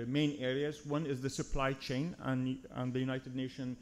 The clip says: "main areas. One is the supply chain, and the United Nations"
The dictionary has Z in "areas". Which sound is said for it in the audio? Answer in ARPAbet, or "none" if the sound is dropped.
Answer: Z